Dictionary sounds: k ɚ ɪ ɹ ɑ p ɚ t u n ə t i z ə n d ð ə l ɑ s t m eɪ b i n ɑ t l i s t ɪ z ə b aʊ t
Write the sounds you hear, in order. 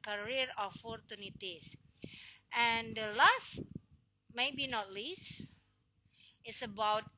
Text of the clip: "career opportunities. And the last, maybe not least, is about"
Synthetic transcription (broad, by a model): k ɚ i ɹ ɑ f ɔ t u n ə t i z ə n d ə l ɑ s t m eɪ b i n ɑ t l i s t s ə b aʊ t